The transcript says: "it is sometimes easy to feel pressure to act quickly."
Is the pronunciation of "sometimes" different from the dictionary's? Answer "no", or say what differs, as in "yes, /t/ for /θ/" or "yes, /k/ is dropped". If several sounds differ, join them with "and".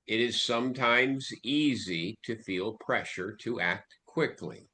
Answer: no